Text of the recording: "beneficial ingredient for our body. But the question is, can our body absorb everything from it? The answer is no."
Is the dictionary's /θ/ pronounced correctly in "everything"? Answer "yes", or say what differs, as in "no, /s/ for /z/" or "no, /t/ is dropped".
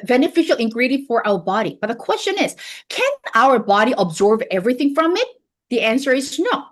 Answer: yes